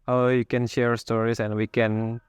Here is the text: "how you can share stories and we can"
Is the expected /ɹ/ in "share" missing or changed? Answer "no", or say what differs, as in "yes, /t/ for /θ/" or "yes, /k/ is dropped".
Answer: no